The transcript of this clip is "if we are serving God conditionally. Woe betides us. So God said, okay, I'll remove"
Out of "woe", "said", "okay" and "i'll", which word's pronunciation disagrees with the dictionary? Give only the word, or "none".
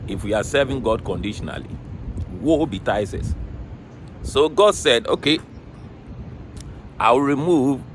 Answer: i'll